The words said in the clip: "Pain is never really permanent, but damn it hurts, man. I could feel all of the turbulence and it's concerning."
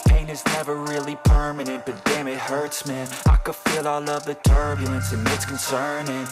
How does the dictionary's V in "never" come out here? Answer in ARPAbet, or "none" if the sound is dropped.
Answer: V